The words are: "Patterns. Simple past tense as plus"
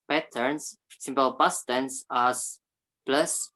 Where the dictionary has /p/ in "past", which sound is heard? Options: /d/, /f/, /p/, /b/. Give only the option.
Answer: /b/